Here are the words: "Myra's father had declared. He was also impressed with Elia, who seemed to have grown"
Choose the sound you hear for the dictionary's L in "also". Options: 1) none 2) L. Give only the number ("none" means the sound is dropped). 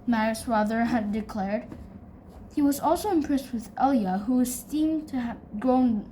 2